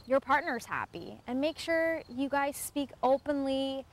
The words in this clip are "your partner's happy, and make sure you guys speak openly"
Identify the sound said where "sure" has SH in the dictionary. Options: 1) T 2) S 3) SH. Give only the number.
3